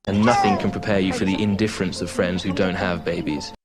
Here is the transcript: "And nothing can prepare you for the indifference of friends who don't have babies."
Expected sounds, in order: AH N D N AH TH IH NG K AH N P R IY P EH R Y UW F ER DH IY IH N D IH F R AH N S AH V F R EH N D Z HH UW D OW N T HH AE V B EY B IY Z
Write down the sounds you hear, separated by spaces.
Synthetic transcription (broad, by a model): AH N N AH TH IH NG K AH N P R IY P EH Y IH F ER DH IY IH N D IH F R AH N S AH V F R EH N D Z HH UW D OW N T HH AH V B EY B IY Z